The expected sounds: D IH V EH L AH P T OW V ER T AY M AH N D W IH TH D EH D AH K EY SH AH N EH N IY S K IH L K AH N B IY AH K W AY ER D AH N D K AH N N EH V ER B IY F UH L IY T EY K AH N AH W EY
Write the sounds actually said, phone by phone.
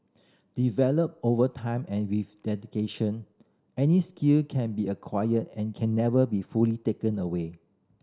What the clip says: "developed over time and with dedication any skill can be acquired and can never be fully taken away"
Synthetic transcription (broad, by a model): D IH V EH L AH P OW V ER T AY M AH N W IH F D EH D AH K EY SH AH N EH N IY S K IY L K AH N B IY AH K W AY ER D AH N K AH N N EH V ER B IY F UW L IY T EY K AH N AH W EY